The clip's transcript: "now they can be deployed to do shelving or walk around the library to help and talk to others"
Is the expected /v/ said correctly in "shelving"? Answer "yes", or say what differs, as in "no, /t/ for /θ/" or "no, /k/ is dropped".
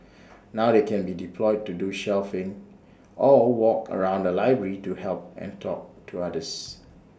no, /f/ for /v/